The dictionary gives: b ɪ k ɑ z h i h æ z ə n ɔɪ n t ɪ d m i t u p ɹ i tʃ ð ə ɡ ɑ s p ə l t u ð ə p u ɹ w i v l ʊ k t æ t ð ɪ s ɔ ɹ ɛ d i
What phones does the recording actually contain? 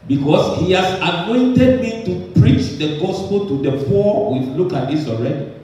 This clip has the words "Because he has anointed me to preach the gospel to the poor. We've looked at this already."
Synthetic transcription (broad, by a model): b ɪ k ɑ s h i h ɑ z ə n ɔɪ n t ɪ d m i t u p ɹ i tʃ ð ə ɡ ɑ s p ə l t u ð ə f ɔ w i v l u k ɑ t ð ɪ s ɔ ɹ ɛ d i